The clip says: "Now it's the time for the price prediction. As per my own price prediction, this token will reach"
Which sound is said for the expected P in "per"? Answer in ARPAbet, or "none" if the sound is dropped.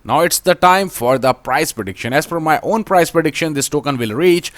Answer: F